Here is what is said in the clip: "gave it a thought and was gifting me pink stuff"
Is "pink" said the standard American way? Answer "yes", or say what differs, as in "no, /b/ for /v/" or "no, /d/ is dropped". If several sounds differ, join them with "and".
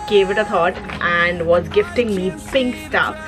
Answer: yes